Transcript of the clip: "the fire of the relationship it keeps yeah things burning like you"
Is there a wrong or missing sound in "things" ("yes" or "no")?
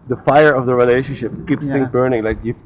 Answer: yes